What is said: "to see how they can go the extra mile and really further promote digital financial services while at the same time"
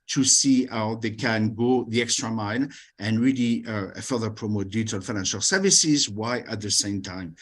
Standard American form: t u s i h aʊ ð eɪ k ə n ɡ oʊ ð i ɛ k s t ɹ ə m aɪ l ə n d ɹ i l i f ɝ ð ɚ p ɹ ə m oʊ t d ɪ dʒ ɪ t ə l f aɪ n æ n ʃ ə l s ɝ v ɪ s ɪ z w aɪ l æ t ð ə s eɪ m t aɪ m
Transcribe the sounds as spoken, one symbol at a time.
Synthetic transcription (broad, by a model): t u s i h aʊ ð eɪ k ə n ɡ oʊ ð i ɛ k s t ɹ ə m aɪ n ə n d ɹ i l i f ɝ ð ɚ p ɹ ə m oʊ t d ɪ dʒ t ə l f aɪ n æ n ʃ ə l s ɝ v ɪ s ɪ z w aɪ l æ t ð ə s eɪ m t aɪ m